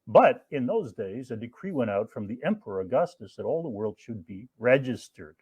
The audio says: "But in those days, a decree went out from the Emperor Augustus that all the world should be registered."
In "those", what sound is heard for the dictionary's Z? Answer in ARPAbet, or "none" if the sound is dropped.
Z